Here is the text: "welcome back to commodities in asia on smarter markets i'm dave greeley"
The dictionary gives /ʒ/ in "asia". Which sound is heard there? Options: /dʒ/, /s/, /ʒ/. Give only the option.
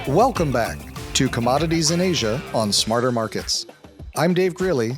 /ʒ/